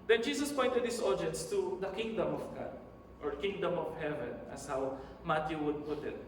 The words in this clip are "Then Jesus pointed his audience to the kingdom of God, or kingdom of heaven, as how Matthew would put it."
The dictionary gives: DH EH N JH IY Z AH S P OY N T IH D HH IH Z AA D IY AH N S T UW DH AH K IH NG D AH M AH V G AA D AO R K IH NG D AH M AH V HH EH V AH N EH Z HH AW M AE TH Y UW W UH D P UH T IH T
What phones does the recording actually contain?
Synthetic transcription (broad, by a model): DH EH N JH IY S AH S P OY N T IH D HH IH S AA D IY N S T UW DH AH K IH NG D AH M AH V G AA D AO R K IH NG D AH M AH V HH EH V AH N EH S HH AW M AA T Y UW W UH D P UH T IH T